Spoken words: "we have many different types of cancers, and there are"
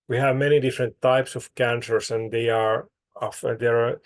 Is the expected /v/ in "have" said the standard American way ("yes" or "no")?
yes